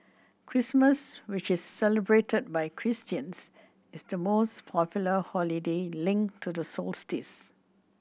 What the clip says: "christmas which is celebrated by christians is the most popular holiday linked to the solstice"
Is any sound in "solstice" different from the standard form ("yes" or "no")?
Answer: no